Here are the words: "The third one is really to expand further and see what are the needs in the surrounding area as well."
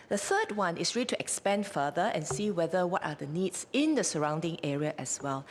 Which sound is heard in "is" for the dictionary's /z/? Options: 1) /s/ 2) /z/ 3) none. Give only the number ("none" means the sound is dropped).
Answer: 1